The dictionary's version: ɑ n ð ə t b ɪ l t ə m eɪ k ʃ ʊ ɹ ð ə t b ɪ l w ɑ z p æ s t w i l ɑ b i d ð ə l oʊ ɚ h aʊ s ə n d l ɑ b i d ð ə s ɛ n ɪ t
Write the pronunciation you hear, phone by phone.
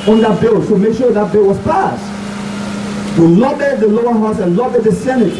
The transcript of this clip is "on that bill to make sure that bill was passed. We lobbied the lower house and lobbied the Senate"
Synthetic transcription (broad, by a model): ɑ n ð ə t b ɪ l s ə m eɪ k ʃ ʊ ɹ ð ə t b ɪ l w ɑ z p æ s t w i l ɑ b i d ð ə l oʊ ɚ h aʊ s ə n l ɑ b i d ð ə s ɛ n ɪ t